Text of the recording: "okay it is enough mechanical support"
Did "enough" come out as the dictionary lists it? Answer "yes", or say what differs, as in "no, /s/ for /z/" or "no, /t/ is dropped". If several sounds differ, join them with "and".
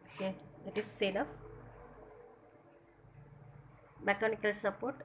no, /l/ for /n/